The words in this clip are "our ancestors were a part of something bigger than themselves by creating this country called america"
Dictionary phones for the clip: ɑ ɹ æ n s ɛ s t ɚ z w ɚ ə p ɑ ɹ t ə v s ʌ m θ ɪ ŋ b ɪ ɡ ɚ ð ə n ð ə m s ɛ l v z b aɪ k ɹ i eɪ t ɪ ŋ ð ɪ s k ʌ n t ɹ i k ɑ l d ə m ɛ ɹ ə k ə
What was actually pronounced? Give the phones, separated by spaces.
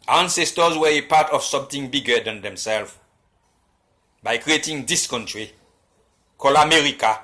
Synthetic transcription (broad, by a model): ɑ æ n s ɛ s t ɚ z w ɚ ə p ɑ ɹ t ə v s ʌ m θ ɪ ŋ b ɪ ɡ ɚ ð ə n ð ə m s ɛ l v b aɪ k ɹ i eɪ t ɪ ŋ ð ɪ s k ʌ n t ɹ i k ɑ l ə m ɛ ɹ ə k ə